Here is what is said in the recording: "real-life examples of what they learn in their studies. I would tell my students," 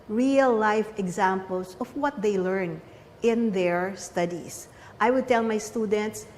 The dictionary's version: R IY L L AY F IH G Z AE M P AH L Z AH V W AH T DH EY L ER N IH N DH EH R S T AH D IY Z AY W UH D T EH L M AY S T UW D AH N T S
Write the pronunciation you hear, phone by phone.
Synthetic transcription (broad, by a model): R IY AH L AY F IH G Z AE M P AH L S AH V W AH T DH EY L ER N IH N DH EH R S T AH D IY S AY W UH D T EH L M AY S T UW D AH N T S